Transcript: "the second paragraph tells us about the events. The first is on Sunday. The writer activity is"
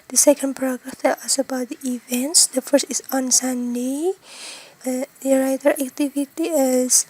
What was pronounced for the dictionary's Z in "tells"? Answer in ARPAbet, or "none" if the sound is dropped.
none